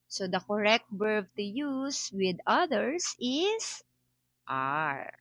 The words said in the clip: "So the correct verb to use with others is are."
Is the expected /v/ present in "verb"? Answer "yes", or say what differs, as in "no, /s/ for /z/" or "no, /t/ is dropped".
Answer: no, /b/ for /v/